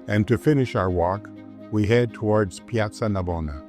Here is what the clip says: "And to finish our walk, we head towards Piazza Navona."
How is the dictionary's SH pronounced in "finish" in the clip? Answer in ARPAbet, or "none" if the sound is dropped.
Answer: SH